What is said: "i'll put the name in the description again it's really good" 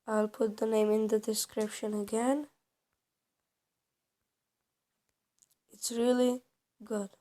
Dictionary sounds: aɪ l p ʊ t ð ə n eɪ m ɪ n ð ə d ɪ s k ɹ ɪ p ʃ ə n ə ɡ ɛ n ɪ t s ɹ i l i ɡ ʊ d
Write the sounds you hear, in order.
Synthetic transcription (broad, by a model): aɪ l p ʊ t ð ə n eɪ m ɪ n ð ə d ɪ s k ɹ ɪ p ʃ ə n ə ɡ ɛ n ɪ t s ɹ i l i ɡ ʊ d